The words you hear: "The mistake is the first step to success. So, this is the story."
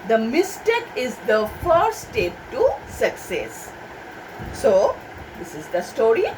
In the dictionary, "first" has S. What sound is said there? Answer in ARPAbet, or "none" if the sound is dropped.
none